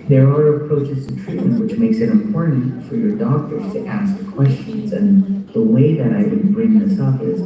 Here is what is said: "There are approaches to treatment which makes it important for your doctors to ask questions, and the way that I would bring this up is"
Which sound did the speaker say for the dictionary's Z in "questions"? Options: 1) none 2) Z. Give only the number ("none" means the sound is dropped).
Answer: 2